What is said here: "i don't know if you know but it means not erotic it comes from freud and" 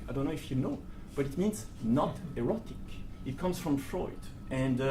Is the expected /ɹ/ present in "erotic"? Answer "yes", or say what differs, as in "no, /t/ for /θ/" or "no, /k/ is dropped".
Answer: yes